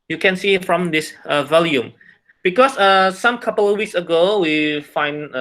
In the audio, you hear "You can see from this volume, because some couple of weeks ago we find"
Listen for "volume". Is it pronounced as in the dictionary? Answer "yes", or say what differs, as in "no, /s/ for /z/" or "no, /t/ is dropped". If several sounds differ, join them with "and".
yes